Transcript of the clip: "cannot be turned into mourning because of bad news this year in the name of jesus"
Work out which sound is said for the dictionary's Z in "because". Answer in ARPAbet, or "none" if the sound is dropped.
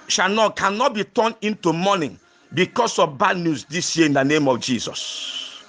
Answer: S